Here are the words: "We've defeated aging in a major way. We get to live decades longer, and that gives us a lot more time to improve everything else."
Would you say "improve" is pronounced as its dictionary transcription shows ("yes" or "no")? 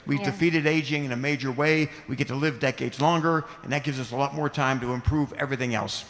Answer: yes